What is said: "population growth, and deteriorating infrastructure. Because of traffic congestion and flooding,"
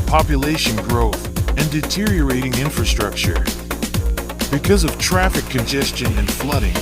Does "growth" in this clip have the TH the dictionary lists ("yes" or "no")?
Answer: yes